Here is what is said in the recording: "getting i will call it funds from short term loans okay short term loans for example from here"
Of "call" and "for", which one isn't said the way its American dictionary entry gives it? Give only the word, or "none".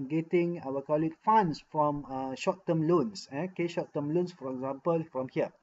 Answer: none